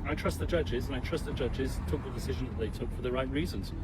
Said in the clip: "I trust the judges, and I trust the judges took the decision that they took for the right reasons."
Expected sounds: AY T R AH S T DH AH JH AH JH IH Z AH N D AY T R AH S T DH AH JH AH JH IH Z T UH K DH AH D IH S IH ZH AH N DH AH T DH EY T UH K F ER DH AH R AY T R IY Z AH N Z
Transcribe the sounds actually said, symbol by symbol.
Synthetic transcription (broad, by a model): AY T R AH S T DH AH JH AH JH IH Z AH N AY T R AH S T DH AH JH AH JH IH Z T UH K DH AH D IH S IH ZH AH N DH AH T DH EY T UH K F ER DH AH R AY T R IY Z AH N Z